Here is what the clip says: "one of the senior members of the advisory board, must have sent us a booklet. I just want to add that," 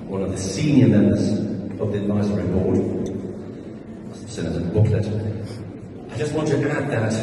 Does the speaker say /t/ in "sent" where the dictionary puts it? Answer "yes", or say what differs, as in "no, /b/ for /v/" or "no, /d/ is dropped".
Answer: no, /t/ is dropped